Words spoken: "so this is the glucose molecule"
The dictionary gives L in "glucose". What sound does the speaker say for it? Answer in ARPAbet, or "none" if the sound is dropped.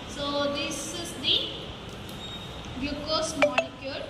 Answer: none